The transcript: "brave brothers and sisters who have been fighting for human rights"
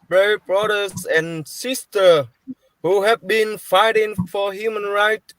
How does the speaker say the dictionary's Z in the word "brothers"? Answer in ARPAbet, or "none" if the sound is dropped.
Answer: S